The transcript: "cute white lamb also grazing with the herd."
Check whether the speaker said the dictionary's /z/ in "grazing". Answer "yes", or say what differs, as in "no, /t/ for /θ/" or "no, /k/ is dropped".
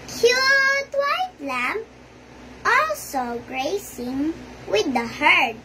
no, /s/ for /z/